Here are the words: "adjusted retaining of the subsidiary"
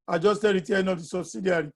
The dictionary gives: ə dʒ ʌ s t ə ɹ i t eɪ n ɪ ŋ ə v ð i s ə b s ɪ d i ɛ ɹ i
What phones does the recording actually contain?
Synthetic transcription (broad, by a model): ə dʒ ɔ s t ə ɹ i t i ɪ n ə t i s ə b s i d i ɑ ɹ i